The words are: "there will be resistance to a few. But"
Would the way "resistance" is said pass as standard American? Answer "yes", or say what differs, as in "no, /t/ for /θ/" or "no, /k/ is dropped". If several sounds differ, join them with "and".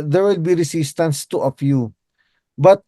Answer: no, /s/ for /z/